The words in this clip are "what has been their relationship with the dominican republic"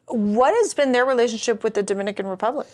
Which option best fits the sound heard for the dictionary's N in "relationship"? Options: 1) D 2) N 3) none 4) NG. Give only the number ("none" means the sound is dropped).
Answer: 2